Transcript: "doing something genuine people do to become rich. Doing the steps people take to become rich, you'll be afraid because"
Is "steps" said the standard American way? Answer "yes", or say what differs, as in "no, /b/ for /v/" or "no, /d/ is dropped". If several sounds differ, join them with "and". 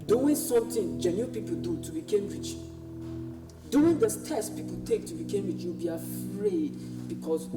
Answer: no, /p/ is dropped